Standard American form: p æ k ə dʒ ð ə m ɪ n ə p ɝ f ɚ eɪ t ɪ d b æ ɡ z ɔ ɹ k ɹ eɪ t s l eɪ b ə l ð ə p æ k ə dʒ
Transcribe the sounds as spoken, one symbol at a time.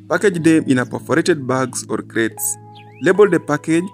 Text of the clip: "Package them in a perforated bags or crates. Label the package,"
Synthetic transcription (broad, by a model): p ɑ k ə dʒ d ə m ɪ n ə p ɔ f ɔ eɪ t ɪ d b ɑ ɡ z ɔ ɹ k ɹ eɪ t s l eɪ b ə l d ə p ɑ k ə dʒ